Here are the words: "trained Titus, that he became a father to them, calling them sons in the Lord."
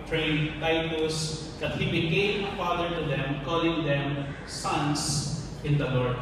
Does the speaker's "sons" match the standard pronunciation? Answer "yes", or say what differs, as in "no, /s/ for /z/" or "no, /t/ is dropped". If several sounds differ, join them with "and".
no, /s/ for /z/